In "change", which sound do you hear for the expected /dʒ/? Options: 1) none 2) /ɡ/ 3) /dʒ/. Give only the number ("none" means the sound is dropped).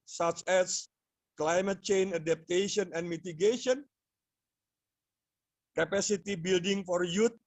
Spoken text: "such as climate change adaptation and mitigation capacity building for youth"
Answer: 1